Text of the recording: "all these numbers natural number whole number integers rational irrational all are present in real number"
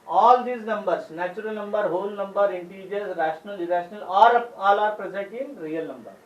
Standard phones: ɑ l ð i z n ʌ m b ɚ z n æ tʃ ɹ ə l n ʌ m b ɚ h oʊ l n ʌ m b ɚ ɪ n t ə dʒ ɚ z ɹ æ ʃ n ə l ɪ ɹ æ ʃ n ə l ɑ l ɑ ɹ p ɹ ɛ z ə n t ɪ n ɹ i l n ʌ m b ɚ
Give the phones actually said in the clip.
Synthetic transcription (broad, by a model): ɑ l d i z n ʌ m b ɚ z n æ tʃ ɹ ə l n ʌ m b ɚ h oʊ l n ʌ m b ɚ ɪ n t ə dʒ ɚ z ɹ æ ʃ n ə l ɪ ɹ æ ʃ n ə l ɑ l ɑ ɹ p ɹ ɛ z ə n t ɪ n ɹ i l n ʌ m b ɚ